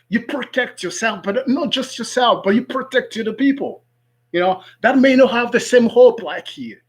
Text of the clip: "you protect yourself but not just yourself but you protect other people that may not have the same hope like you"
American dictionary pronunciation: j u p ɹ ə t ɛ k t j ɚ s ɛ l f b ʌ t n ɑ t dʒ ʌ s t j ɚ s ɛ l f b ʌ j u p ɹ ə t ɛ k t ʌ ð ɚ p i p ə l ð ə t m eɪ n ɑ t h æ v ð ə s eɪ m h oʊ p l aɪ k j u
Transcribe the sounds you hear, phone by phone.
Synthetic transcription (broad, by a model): j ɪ p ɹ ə t ɛ k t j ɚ s ɛ l f b ʌ t n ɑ t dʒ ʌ s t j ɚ s ɛ l f b ʌ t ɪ p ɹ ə t ɛ k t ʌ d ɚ p i p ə n ð ə t m eɪ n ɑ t h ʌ v ð ə s eɪ m h oʊ p l aɪ k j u